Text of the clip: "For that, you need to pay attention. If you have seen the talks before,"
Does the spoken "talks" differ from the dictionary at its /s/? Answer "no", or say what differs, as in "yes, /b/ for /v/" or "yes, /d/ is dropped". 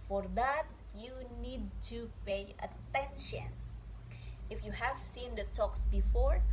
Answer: no